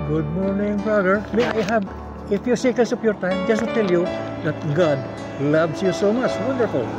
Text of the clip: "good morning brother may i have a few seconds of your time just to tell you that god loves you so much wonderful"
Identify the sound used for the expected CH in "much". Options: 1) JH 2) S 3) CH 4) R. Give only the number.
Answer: 3